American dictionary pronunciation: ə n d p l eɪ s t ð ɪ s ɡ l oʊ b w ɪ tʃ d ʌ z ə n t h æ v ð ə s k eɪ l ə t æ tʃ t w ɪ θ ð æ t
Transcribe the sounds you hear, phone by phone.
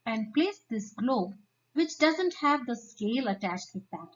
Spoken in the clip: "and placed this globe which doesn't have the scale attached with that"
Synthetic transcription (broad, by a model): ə n d p l eɪ s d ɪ s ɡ l oʊ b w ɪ tʃ d ʌ z ə n t h æ v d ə s k eɪ l ə t æ tʃ t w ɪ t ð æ t